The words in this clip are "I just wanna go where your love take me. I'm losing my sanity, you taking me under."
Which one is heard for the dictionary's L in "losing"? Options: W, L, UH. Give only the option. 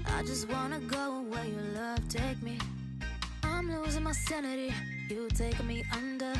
L